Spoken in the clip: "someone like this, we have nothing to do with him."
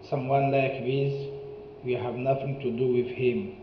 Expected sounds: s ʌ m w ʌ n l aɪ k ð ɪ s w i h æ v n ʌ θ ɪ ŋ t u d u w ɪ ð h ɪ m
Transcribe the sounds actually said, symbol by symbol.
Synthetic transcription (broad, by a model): s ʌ m w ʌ n l aɪ k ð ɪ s w i h æ v n ʌ θ ɪ ŋ t u d u w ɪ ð h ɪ m